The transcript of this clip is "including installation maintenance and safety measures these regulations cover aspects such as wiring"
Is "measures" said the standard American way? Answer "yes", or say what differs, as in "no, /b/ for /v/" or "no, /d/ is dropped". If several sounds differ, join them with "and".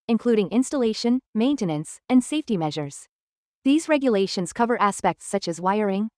yes